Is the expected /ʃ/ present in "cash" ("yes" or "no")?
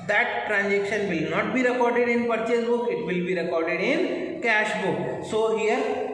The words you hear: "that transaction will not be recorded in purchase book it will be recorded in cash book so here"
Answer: yes